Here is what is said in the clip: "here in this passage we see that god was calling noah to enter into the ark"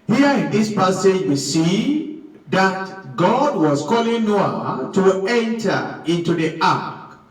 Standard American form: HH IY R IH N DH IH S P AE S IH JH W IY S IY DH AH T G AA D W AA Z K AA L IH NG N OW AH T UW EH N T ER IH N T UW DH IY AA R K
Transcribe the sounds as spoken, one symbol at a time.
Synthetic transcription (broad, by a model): HH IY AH IH N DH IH S P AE S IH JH W IY S IY DH AH T G AA D W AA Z K AA L IH NG N OW AH T UW EH N T ER IH N T UW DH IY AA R K